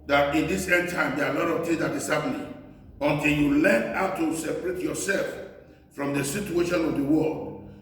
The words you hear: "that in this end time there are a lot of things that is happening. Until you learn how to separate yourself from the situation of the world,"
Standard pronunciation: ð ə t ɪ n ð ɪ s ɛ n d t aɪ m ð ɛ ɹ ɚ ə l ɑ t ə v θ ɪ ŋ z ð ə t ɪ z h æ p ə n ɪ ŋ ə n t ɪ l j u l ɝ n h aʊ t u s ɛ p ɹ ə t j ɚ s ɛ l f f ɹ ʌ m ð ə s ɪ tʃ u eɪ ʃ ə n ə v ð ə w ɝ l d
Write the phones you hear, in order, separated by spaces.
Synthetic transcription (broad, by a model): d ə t ɪ n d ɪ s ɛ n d t aɪ m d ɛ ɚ ə l ɑ t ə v t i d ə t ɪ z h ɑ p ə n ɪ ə n t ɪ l j u l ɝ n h aʊ t u s ɛ p ɹ ə t j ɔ s ɛ l f f ɹ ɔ m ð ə s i tʃ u eɪ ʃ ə n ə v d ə w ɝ l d